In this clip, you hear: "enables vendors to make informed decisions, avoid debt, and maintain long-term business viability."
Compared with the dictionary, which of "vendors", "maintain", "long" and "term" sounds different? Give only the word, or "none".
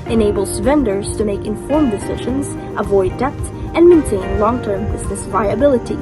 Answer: none